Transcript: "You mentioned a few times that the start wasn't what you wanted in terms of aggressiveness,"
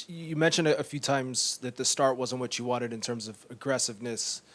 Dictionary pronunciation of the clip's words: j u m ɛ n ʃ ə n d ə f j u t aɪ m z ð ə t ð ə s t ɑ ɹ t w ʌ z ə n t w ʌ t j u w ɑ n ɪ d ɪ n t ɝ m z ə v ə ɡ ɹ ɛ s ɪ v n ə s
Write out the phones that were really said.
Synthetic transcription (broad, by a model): j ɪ m ɛ n ʃ ə n d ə f j u t aɪ m z ð ə t ð ə s t ɑ ɹ t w ʌ z n w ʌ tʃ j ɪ w ɑ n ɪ d ɪ n t ɝ m z ə v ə ɡ ɹ ɛ s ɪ v n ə s